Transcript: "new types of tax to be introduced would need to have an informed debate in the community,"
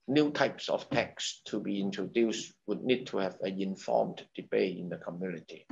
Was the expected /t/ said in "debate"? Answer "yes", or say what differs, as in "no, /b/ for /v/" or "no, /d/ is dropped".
no, /t/ is dropped